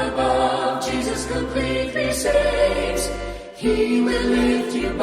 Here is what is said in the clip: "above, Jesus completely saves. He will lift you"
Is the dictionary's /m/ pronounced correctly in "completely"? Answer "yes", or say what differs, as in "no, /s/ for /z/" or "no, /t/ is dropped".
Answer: no, /m/ is dropped